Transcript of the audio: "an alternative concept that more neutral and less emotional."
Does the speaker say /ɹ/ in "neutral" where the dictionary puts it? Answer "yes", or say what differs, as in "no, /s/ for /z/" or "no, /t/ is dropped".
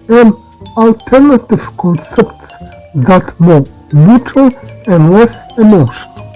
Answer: no, /ɹ/ is dropped